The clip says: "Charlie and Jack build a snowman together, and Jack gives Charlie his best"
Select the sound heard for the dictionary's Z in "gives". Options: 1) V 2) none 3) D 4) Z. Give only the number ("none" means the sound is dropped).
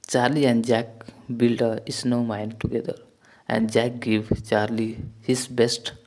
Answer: 2